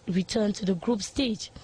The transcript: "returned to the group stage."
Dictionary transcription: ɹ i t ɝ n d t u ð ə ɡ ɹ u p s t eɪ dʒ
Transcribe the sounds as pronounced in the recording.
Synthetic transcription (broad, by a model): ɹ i t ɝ n t u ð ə ɡ ɹ u p s t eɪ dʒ